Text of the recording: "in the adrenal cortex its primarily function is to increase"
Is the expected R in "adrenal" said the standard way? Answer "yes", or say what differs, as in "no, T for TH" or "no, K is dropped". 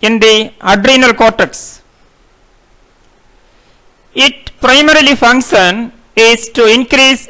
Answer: yes